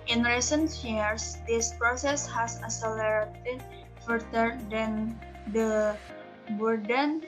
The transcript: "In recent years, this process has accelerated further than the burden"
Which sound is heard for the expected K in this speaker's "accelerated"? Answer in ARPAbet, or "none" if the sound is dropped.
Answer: none